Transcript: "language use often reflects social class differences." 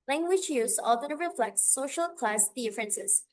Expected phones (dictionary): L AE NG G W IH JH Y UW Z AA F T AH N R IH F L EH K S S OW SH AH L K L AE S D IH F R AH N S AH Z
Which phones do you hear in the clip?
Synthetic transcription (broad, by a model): L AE NG G W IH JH Y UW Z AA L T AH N R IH F L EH K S S OW SH AH L K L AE S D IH F R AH N S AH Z